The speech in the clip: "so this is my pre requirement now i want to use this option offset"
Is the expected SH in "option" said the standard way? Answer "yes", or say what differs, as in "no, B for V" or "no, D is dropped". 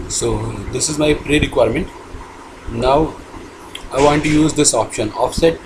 yes